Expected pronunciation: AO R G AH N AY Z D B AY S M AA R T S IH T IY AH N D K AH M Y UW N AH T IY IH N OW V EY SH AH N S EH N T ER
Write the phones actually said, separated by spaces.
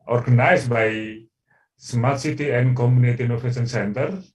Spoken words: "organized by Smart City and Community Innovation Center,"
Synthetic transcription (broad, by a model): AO R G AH N AY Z B AY S M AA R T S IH T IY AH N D K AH M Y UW N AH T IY N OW P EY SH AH N S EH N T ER